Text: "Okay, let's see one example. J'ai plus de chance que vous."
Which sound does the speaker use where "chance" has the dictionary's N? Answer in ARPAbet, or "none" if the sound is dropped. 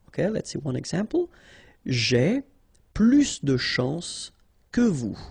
none